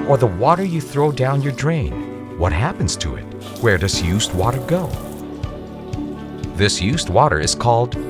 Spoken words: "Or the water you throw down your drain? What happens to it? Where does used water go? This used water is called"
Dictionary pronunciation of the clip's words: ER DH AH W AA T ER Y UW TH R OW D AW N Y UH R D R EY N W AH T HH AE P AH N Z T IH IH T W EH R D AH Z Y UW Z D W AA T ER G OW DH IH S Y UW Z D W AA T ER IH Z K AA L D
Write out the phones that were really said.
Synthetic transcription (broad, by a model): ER DH AH W AA T ER Y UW TH R OW D AW N Y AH R D R EY N W AH T HH AE P AH N Z T IH IH T W EH R D AH Z Y UW Z D W AA T ER G OW DH IH S Y UW Z D W AA T ER IH Z K AA L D